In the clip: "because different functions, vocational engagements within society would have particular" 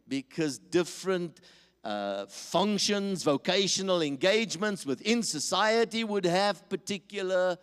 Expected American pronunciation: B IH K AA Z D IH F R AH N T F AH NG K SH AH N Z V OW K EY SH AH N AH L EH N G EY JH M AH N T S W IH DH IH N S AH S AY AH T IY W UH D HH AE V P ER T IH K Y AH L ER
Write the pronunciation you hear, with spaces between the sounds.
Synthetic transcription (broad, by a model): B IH K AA Z D IH F R AH N T F AH NG K SH AH N Z V OW K EY SH AH N AH L EH N G EY JH M AH N T S W IH DH IH N S AH S AY AH T IY W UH D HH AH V P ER T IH K Y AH L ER